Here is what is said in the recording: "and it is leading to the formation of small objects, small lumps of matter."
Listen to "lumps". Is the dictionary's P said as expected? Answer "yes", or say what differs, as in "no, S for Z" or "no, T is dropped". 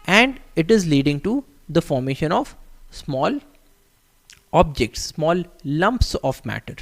yes